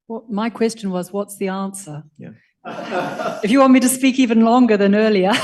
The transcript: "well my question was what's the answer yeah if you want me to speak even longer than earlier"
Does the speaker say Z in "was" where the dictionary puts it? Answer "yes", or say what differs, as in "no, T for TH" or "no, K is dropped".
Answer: yes